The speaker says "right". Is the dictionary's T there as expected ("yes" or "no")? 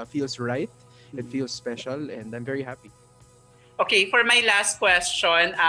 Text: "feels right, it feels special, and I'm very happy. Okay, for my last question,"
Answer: yes